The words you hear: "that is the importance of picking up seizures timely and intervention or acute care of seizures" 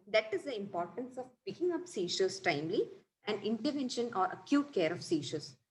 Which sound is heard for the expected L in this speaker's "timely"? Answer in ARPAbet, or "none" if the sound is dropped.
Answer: L